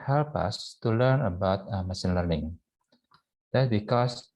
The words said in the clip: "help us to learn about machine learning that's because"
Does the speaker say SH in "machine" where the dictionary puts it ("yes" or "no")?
no